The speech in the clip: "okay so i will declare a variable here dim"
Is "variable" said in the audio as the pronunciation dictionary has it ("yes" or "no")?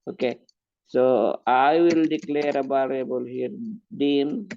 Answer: no